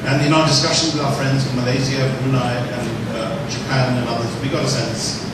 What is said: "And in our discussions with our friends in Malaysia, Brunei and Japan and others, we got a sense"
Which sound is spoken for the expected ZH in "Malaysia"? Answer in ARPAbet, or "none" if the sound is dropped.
Z